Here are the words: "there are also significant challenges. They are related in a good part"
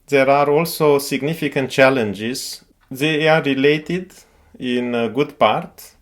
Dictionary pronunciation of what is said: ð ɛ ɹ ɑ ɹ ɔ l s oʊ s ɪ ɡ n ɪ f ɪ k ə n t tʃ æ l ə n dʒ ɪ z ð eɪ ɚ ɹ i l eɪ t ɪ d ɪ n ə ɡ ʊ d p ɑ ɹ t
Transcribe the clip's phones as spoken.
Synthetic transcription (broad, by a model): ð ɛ ɹ ɑ ɹ ɔ l s oʊ s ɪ ɡ n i f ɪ k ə n t tʃ æ l ə n dʒ ɪ z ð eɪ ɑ ɹ i l eɪ t ɪ d ɪ n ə ɡ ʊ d p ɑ ɹ t